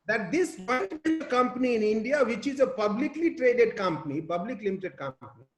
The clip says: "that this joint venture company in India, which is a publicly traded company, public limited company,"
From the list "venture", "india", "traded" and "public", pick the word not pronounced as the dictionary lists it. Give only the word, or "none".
venture